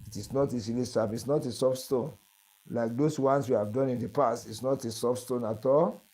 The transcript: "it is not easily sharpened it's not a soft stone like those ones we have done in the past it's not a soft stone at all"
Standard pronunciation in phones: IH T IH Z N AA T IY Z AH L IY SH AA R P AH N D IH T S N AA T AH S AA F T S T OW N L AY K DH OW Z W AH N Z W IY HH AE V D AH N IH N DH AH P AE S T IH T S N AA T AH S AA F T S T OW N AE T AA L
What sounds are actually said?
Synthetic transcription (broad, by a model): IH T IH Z N AA T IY S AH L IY S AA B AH T S N AA T AH S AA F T S T OW N L AY K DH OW S W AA N S W IY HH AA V D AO N IH N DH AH P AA S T IH T S N AA T AH S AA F S T OW N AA T AA L